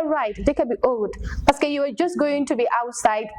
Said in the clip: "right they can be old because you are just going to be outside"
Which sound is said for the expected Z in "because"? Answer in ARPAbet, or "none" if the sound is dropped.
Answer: none